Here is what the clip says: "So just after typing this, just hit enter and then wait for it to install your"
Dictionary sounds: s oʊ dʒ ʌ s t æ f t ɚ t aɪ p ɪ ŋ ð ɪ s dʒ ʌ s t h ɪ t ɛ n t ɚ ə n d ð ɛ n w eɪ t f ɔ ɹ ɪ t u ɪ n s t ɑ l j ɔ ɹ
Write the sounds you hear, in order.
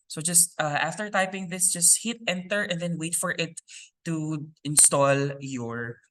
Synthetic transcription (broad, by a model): s oʊ dʒ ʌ s t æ f t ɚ t aɪ p ɪ ŋ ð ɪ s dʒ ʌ s t h ɪ t ɛ n t ɚ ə n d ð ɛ n w eɪ t f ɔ ɹ ɪ t u ɪ n s t ɑ l j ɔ ɹ